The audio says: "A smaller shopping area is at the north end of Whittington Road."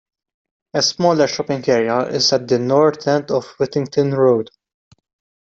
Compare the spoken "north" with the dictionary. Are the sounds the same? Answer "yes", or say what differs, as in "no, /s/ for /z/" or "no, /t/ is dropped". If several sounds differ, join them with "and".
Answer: no, /t/ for /θ/